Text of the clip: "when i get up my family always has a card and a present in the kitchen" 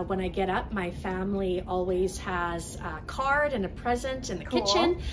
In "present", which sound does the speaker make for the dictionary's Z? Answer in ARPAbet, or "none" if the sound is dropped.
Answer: Z